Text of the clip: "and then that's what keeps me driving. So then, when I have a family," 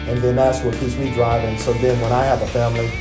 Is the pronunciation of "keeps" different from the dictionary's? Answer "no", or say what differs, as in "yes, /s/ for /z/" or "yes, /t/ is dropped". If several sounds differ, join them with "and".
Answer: yes, /p/ is dropped